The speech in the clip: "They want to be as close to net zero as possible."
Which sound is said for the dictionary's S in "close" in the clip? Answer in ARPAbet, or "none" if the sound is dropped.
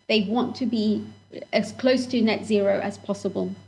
S